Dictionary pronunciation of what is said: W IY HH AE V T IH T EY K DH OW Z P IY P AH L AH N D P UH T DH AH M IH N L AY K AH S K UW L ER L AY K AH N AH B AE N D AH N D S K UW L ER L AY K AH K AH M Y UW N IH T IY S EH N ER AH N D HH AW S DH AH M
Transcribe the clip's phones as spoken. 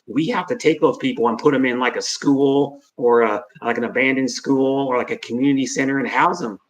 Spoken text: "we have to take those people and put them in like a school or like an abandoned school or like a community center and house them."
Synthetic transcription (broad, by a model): W IY HH AE F T IH T EY K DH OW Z P IY P L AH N P UH T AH M IH N L AY K AH S K UW L ER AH AY K AH N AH B AE N D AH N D S K UW L ER L AY K AH K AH M Y UW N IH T IY S EH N ER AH N HH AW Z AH M